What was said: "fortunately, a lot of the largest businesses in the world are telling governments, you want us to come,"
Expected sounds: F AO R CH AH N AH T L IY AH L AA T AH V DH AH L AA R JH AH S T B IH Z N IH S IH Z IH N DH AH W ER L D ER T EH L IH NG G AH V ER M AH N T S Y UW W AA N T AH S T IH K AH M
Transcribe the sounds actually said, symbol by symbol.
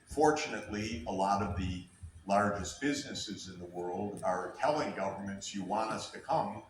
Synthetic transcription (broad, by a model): F AO R CH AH N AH T L IY AH L AA T AH V DH AH L AA R JH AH S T B IH Z N IH S IH Z IH N DH AH W ER L D ER T EH L IH NG G AH V ER M AH N T S Y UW W AA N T AH S T IH K AH M